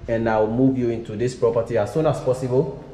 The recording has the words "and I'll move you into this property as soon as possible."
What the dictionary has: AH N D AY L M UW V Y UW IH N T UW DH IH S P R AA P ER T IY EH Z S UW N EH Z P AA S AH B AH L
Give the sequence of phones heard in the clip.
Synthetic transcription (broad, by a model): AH N AY W M UW V Y UW IH N T UW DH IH S P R AA P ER T IY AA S S UW N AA S P AA S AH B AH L